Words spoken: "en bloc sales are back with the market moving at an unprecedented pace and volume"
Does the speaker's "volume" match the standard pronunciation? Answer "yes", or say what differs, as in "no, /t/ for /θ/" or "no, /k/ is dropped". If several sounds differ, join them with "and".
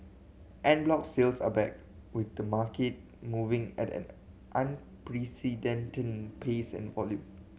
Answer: yes